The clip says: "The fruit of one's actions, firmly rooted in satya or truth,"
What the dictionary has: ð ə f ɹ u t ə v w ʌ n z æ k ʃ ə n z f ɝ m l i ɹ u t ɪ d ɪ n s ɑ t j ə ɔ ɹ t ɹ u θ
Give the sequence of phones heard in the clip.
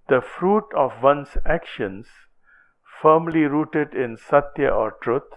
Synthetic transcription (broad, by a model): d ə f ɹ u t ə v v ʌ n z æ k ʃ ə n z f ɝ m l i ɹ u t ɪ d ɪ n s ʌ t j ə ɔ ɹ t ɹ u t